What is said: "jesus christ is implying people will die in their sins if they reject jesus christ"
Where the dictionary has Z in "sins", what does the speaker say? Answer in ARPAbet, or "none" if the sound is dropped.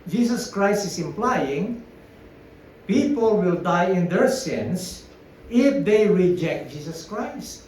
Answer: S